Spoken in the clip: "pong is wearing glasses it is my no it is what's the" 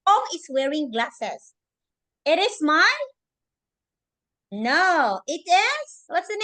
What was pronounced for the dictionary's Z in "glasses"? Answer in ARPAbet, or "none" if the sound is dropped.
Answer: S